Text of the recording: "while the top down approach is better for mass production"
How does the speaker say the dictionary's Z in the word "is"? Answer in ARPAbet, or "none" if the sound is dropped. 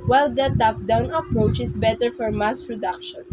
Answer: S